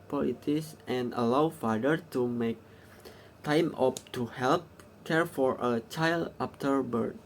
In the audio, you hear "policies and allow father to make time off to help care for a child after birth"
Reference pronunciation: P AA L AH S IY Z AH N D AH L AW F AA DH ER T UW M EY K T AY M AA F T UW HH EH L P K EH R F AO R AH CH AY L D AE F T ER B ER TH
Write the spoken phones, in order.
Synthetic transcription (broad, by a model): P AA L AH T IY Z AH N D AH L AW F AA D ER T UW M EY K T AY M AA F T UW HH EH L P K EH R F AO R AH CH AY L D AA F T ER B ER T